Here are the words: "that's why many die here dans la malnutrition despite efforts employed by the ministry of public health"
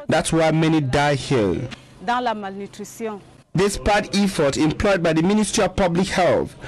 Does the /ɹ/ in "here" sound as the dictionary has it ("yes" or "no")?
no